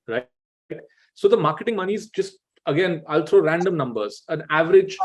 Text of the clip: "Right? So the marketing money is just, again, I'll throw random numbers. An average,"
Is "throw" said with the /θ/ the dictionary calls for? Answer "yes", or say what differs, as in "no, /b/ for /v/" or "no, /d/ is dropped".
no, /t/ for /θ/